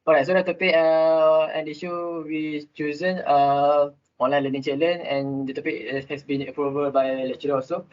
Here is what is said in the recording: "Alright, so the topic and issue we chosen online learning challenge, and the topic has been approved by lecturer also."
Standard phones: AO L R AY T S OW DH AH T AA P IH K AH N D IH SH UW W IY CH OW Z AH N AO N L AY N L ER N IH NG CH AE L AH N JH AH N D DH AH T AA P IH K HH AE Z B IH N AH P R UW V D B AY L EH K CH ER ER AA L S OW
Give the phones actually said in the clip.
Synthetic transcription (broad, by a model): AO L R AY T S OW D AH T AA P IH K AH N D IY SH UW W IY CH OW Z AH N AO N L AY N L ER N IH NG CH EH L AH N AH N D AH T AA P IH K HH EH S B IH N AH P R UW V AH B AY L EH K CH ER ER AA S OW